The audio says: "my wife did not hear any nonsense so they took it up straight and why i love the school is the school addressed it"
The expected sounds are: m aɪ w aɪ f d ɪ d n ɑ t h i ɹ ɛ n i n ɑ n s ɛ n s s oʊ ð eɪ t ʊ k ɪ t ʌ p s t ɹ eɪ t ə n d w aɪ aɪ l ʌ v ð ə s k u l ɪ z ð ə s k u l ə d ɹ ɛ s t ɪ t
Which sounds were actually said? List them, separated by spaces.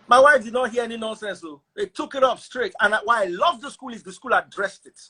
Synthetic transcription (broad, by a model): m aɪ w aɪ f d ɪ d n ɑ t h i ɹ ɛ n i n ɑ n s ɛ n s s oʊ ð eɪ t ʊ k ɪ t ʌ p s t ɹ eɪ t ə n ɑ w aɪ aɪ l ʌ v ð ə s k u l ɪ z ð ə s k u l ə d ɹ ɛ s t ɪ t